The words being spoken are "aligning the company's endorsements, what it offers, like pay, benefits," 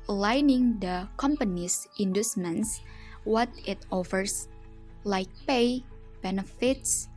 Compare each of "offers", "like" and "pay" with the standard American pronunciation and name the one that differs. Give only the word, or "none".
offers